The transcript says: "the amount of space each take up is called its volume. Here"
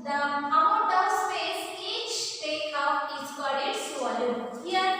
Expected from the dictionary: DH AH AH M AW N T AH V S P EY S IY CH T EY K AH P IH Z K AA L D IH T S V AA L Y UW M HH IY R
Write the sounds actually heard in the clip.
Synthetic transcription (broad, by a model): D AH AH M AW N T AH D S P EY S IY CH T EY K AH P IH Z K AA D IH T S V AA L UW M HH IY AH